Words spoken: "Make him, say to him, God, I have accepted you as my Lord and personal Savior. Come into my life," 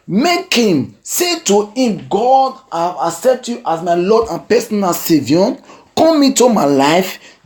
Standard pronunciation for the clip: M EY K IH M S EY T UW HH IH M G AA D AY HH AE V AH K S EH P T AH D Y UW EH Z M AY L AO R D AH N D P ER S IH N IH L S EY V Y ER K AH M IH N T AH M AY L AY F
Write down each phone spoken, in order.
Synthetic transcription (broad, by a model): M EY K IH M S EY T UW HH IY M G AA D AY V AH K S EH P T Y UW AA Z M AY L AO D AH N P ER S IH N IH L S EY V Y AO K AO M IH T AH M AY L AY F